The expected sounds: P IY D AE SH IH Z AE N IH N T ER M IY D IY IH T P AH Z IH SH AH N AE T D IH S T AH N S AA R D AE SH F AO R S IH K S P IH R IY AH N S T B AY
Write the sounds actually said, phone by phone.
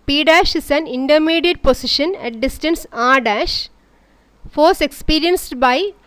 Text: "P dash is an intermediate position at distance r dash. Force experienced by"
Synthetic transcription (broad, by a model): P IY D AE SH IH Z AE N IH N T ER M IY D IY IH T P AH S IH SH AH N AE T D IH S T AH N S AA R D AE SH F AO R S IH K S P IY R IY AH N S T B AY